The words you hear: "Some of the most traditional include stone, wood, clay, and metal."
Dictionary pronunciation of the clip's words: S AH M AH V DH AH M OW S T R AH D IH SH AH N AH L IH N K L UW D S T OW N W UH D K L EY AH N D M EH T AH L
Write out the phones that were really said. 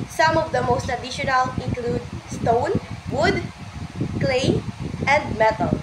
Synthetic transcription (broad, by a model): S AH M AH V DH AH M OW S T AH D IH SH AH N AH L IH N K L UW D S T OW N W UH D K L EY AH N D M EH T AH L